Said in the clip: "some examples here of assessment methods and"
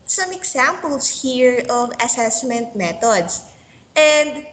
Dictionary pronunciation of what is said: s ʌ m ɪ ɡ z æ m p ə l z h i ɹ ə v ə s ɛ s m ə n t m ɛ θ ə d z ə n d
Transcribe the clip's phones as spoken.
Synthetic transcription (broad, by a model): s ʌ m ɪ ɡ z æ m p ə l s h i ɹ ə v ə s ɛ s m ə n t m ɛ t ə d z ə n d